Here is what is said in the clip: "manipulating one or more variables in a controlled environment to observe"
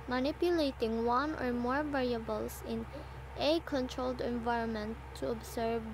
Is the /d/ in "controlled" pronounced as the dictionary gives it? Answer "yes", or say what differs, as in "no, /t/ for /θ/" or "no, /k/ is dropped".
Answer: yes